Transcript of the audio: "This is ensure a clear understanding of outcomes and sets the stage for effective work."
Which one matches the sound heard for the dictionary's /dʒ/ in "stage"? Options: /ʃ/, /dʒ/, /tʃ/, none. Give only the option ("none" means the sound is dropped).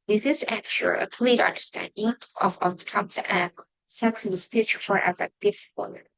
/tʃ/